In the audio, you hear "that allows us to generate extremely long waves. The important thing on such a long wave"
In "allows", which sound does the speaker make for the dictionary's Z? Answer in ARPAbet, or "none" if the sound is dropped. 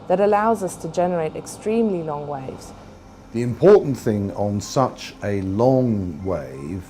Z